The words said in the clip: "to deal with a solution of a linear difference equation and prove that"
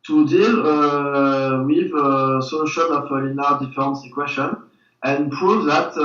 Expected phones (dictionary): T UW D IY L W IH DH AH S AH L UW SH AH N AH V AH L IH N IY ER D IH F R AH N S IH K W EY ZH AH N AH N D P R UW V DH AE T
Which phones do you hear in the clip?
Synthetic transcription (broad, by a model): T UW D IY L W IH DH AH S AH L UW SH AH N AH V AH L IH N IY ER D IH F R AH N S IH K W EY SH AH N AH N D P R UW V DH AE T